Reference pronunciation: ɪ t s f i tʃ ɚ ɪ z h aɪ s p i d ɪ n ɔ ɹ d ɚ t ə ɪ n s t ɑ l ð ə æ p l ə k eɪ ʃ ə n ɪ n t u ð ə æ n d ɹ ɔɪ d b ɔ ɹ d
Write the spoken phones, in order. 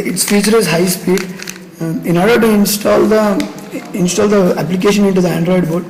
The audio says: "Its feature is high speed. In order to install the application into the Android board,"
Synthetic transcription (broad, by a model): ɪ t s f i tʃ ɚ ɪ z h aɪ s p i d ɪ n ɔ ɹ d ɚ t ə ɪ n s t ɑ l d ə æ p l ə k eɪ ʃ ə n ɪ n t u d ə æ n d ɹ ɔɪ d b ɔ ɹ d